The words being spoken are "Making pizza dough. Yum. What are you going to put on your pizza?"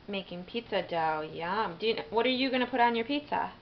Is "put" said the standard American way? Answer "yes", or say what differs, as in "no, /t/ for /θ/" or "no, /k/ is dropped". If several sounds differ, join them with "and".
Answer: yes